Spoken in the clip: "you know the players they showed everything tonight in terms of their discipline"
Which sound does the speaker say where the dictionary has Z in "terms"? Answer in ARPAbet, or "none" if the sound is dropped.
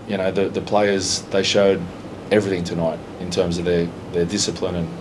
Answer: Z